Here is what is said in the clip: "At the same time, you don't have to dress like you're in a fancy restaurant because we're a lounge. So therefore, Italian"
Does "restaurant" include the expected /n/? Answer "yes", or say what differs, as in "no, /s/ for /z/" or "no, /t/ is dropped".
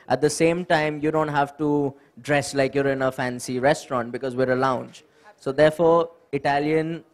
yes